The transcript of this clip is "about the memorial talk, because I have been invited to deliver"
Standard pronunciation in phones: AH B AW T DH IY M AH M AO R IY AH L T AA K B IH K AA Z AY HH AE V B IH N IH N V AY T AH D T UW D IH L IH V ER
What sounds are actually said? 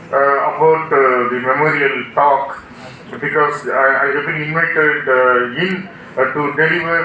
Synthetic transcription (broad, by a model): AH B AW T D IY M AH M AO R IY AH L T AA K B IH K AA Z AY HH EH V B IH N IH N AY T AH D T UW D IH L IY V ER